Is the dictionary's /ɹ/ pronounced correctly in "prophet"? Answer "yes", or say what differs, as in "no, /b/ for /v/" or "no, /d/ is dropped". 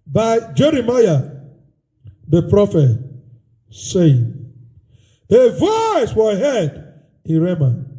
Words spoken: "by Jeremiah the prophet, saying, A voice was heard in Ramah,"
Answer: yes